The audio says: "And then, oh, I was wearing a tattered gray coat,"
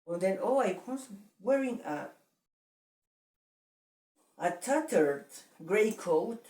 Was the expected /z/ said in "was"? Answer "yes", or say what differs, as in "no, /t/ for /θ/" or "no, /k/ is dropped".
no, /s/ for /z/